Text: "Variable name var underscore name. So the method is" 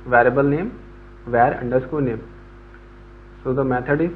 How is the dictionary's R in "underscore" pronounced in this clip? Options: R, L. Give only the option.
L